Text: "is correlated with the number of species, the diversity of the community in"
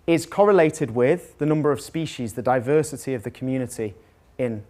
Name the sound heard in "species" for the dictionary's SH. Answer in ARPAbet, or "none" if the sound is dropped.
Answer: SH